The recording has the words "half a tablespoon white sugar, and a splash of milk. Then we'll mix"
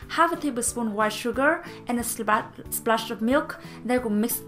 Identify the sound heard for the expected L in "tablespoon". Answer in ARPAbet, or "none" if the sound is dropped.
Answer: none